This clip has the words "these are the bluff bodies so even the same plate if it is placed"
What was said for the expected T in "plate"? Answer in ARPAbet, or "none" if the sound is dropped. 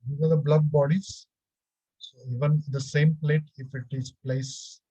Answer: T